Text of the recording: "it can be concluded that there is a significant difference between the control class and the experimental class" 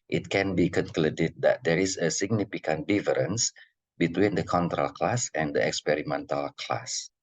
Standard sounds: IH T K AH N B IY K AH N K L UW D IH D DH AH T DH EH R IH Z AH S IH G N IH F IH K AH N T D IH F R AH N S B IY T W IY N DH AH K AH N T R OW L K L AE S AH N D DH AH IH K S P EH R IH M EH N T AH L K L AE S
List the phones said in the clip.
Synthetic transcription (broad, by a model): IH T K AH N B IY K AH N K L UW D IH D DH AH T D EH R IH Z AH S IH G N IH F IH K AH N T D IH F R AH N S B IY T W IY N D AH K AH N T R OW L K L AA S AH N D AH IH K S P EH R IH M EH N T AH L K L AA S